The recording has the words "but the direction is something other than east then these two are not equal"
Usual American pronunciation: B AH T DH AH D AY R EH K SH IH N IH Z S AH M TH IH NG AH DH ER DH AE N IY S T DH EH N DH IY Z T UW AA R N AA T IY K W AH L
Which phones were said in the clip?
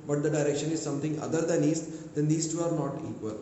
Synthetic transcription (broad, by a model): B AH T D AH D AY R EH K SH IH N IH Z S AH M T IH NG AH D ER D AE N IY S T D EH N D IY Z T UW AA R N AA T IY K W AH L